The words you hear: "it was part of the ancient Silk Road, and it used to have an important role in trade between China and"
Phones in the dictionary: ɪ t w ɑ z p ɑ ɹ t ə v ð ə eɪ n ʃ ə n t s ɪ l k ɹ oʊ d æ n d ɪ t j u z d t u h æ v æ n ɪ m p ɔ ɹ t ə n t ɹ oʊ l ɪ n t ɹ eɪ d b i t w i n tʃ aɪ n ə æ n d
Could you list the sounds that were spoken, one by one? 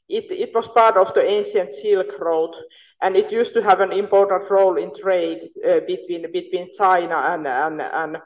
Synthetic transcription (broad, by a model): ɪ t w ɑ s p ɑ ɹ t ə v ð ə eɪ n ʃ ə n t s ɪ l k ɹ oʊ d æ n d ɪ t j u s t u h æ v æ n ɪ m p ɔ ɹ t ə n t ɹ oʊ l ɪ n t ɹ eɪ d b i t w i n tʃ aɪ n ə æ n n